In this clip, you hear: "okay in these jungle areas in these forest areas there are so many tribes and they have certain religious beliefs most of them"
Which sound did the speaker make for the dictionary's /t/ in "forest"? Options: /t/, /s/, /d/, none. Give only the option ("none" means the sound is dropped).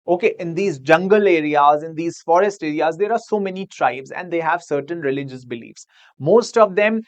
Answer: /t/